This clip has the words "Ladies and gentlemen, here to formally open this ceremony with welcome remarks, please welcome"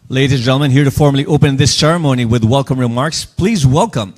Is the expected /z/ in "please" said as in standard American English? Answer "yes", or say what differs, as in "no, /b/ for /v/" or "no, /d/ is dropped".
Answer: yes